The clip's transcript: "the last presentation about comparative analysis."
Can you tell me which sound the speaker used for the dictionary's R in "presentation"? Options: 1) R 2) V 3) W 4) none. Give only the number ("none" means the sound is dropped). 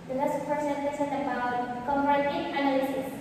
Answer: 4